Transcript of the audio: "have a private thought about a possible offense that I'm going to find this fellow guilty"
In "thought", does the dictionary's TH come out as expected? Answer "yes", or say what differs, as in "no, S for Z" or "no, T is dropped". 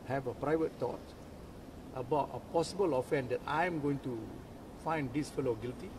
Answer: no, T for TH